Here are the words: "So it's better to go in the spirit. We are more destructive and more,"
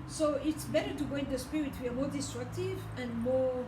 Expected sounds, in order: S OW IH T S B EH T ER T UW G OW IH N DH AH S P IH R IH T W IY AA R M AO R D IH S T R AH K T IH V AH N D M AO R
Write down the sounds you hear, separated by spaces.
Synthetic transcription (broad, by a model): S OW IH T S B EH T ER T UW G OW IH N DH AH S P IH IH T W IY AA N M AO R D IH S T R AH K T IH V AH N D M AO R